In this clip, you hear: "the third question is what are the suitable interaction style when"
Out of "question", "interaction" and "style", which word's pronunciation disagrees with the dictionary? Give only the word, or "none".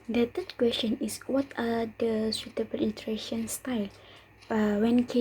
interaction